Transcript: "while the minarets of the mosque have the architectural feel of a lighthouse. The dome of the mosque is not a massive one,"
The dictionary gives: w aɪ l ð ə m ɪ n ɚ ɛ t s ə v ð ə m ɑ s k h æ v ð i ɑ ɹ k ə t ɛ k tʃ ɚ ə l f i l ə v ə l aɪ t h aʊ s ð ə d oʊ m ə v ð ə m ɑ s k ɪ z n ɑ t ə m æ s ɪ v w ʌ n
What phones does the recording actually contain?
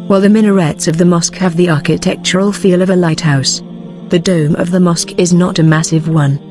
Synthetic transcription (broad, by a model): w aɪ l ð ə m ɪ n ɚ ɛ t s ə v ð ə m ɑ s k h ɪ v ð i ɑ ɹ k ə t ɛ k tʃ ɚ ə l f i l ə v ə l aɪ t h aʊ s ð ə d oʊ m ə v ð ə m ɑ s k ɪ z n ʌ t ə m æ s ɪ v w ʌ n